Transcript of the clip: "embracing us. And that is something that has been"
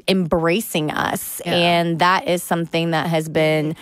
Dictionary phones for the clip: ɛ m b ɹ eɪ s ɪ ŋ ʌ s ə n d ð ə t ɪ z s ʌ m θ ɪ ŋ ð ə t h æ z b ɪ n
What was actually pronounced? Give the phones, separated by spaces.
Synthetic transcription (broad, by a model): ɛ m b ɹ eɪ s ɪ ŋ ʌ s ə n ð ə t ɪ z s ʌ m θ ɪ ŋ ð ə t h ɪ z b ɪ n